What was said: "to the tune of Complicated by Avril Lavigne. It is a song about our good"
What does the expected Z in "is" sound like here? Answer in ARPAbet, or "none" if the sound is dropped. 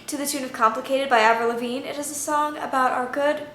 Z